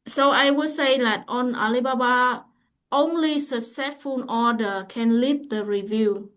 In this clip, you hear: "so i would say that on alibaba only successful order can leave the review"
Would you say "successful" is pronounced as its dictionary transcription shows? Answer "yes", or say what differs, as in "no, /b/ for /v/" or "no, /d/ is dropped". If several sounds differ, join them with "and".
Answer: no, /k/ is dropped and /n/ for /l/